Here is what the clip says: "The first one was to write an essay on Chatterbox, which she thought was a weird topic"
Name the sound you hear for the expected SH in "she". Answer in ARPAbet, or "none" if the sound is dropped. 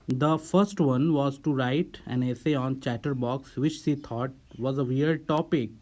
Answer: S